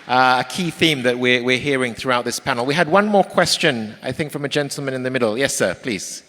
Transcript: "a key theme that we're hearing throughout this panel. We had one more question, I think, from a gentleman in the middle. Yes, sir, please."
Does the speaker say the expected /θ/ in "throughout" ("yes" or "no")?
yes